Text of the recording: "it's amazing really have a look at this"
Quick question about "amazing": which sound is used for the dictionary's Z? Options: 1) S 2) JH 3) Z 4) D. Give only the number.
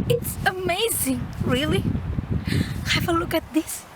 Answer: 3